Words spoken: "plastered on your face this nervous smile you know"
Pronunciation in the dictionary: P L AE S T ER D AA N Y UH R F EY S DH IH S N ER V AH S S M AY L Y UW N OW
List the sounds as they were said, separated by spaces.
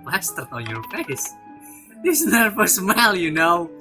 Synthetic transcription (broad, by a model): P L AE S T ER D AA N Y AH R F EY S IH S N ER F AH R S M AY L Y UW N OW